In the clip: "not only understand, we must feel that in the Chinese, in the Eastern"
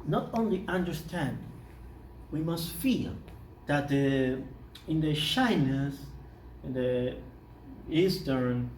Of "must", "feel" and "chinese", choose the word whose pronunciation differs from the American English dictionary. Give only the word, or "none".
chinese